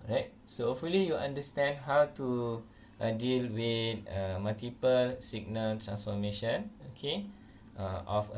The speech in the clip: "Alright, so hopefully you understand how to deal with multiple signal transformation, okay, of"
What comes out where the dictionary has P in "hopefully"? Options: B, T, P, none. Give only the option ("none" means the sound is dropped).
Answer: none